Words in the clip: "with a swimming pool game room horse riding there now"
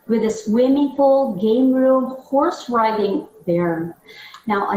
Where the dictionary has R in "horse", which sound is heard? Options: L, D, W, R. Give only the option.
R